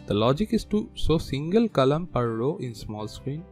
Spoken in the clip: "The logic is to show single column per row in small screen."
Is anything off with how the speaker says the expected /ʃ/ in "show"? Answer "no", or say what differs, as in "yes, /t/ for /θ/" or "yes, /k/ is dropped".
yes, /s/ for /ʃ/